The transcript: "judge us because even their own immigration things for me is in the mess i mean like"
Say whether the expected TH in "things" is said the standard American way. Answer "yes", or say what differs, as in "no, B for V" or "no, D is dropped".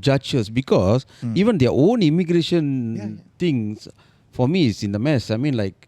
no, T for TH